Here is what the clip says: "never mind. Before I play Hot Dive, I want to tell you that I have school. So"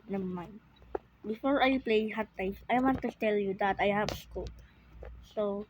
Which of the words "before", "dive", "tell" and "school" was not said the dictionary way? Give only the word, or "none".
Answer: dive